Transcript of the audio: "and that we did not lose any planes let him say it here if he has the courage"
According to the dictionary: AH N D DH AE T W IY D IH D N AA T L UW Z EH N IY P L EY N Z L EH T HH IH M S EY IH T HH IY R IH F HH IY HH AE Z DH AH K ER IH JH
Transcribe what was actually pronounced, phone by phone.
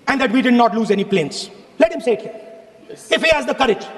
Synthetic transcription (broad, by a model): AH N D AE T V IY D IH D N AA T L UW Z EH N IY P L EY N S L EH T HH IH M S EY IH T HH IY IH F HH IY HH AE Z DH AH K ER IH JH